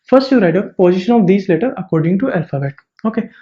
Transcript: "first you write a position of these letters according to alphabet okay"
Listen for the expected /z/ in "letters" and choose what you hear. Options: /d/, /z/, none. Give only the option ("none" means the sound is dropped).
none